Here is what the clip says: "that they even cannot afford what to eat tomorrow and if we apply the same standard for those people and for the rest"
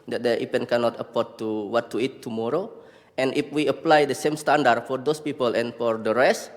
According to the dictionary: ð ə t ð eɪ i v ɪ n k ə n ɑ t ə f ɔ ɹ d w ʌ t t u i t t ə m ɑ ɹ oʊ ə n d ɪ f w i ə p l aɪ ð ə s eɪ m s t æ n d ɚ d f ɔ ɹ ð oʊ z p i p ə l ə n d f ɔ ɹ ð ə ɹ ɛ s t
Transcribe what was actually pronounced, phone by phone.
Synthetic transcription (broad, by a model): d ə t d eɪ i p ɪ n k ə n ɑ t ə p ɔ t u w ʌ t t u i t t ə m ɑ ɹ oʊ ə n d ɪ f w i ə p l aɪ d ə s eɪ m s t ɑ n d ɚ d f ɔ ɹ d oʊ s p i p ə l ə n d f ɔ ɹ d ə ɹ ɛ s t